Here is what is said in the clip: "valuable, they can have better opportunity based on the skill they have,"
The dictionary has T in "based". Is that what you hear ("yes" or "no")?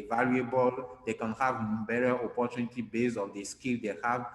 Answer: no